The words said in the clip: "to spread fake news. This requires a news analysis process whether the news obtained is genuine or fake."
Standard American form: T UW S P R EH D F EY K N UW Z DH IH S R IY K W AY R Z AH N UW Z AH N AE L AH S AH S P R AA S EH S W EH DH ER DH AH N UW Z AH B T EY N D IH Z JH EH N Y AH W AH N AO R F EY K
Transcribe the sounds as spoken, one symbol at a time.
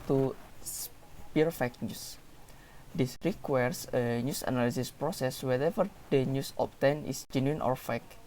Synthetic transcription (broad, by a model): T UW S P IY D F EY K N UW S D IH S R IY K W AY R S AH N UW S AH N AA L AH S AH S P R AA S EH S W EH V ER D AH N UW S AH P T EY N IH S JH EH N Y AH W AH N AO R F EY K